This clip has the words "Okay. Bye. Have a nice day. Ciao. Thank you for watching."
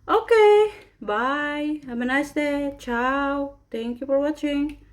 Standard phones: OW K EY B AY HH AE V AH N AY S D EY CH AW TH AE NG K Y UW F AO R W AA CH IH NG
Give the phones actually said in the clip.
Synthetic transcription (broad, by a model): OW K EY B AY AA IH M AH N AY S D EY CH AW T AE NG K Y UW F AO R W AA CH IH NG